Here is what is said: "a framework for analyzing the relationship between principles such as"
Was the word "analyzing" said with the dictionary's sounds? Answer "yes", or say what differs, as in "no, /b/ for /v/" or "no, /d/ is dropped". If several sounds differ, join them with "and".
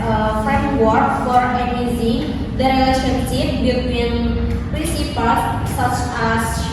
no, /n/ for /l/